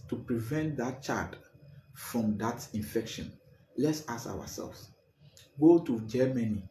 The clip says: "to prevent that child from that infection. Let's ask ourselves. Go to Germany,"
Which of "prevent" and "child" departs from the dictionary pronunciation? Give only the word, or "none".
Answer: child